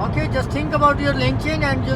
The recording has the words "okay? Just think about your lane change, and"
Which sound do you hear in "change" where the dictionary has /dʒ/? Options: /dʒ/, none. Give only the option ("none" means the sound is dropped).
none